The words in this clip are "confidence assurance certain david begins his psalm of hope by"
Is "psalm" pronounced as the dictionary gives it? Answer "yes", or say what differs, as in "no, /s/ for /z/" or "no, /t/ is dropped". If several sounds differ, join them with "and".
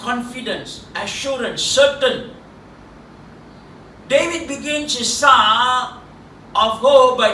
no, /m/ is dropped